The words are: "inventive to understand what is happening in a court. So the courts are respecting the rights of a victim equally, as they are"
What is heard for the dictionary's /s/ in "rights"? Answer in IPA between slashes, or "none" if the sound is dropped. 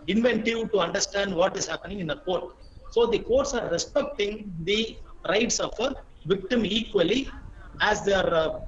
/s/